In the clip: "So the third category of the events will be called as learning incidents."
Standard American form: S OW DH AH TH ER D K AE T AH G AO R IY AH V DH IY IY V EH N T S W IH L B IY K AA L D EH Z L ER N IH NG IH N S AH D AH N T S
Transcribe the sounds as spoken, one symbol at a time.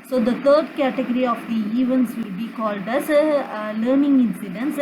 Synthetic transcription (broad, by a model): S OW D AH T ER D K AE T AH G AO R IY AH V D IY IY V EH N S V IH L B IY K AA L D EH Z L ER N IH NG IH N S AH D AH N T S